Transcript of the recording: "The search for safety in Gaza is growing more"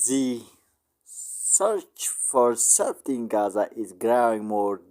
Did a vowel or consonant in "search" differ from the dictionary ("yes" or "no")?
no